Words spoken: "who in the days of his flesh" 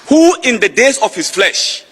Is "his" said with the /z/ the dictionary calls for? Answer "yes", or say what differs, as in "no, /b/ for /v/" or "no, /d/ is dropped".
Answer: no, /s/ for /z/